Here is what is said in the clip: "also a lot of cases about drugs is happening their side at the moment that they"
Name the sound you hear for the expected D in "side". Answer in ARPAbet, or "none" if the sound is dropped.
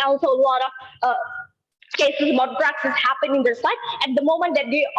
none